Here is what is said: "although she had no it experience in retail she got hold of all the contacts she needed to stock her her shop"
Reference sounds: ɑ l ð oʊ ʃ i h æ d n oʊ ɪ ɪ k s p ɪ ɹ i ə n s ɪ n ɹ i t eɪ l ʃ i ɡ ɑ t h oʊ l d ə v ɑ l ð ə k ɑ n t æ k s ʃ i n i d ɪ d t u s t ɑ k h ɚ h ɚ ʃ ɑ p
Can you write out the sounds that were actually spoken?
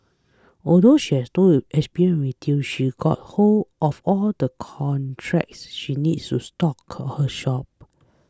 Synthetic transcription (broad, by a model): ɑ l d oʊ ʃ i h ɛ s n oʊ ɪ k s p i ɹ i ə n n w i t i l ʃ i ɡ ɑ t h oʊ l ə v ɑ l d ə k ɑ n t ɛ k s ʃ i n i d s t u s t ɑ k h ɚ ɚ ʃ ɑ p